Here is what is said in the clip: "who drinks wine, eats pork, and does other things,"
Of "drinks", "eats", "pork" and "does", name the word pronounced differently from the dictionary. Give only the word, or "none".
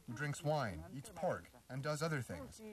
none